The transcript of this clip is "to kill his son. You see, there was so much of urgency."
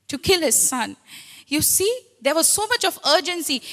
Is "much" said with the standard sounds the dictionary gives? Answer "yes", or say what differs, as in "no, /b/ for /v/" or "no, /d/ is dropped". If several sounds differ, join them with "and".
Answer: yes